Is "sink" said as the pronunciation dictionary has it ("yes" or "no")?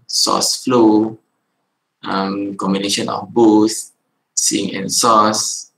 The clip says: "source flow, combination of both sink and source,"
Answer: no